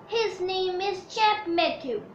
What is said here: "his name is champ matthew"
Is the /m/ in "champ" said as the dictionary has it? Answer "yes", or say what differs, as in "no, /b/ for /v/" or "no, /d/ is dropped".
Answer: no, /m/ is dropped